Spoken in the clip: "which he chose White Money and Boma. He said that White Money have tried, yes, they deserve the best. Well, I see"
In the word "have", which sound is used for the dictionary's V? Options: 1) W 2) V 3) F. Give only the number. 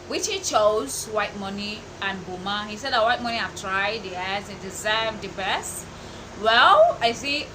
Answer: 3